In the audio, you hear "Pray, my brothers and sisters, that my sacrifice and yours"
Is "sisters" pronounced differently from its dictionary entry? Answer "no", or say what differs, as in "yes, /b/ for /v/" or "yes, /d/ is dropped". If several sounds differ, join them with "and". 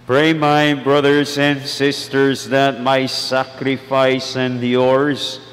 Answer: no